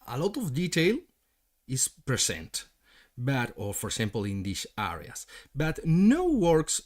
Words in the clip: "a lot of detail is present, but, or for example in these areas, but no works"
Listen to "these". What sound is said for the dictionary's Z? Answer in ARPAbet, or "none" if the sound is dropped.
S